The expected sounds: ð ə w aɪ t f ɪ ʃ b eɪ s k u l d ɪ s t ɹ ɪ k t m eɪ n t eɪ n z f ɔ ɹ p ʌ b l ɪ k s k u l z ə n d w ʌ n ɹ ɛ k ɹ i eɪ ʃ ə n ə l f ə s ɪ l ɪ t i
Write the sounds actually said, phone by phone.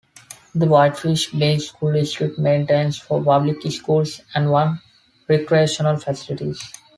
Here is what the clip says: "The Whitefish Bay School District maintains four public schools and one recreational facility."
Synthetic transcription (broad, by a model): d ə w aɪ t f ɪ ʃ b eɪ s k u l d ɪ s t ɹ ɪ t m eɪ n t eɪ n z f ɔ ɹ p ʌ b l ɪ k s k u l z ə n d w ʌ n ɹ ɛ k ɹ i eɪ ʃ ə n ə l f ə s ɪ l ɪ t i